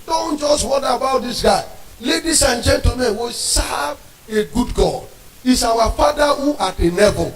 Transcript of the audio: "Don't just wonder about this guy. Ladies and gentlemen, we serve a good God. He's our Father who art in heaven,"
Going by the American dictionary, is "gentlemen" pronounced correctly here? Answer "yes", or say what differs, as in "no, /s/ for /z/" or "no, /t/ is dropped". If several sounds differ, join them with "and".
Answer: no, /l/ is dropped